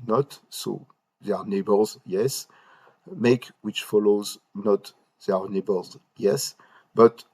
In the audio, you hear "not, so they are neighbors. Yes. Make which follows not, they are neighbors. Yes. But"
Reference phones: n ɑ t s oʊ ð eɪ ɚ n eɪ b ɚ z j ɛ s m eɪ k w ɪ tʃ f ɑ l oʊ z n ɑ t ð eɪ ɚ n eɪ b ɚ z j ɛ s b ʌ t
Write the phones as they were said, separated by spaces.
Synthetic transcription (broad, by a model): n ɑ t s oʊ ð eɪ ɚ n eɪ b ɚ z j ɛ s m eɪ k w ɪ tʃ f ɑ l oʊ z n ɑ t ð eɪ ɚ n eɪ b ɚ z j ɛ s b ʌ t